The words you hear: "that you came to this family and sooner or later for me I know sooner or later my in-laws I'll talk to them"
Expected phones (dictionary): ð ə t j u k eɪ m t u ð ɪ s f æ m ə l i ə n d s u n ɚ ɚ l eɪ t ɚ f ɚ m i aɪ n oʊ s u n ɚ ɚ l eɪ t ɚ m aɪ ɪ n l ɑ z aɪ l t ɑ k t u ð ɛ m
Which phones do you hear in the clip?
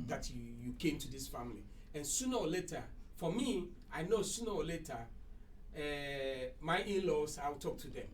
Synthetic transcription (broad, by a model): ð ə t j u k eɪ m t u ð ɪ s f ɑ m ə l i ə n s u n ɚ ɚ l eɪ t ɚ f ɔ m i aɪ n oʊ s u n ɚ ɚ l eɪ t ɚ m aɪ ɪ n l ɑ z aɪ w t ɑ k t u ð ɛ m